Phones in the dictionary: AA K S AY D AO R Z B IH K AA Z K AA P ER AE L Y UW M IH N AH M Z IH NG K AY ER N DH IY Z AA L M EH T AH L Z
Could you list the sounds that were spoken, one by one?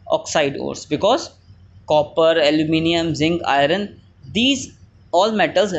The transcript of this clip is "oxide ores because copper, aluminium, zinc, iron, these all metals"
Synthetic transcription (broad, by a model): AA K S AY D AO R S B IH K AA Z K AA P ER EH L Y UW M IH N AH M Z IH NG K AY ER N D IY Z AA L M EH T AH L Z